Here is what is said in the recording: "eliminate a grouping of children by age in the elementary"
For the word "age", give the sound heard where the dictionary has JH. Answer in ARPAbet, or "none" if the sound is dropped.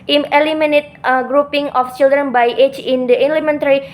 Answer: CH